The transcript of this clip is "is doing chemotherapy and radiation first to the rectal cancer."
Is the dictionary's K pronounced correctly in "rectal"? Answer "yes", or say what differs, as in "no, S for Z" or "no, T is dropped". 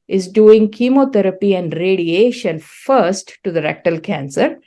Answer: yes